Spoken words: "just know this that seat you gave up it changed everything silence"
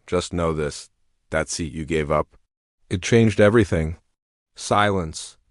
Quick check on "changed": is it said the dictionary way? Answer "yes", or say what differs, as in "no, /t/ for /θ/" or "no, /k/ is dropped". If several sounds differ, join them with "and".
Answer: yes